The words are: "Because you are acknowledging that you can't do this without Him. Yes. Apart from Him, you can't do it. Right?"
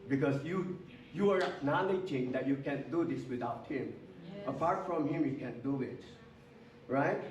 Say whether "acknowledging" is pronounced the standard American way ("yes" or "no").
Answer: no